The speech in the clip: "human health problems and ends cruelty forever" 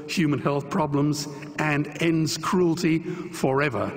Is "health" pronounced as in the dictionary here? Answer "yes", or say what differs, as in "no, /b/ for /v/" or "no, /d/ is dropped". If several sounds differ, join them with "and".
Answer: yes